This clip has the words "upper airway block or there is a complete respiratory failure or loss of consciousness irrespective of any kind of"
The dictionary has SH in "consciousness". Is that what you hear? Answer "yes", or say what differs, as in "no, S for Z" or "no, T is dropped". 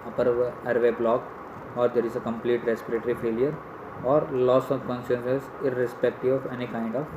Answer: no, S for SH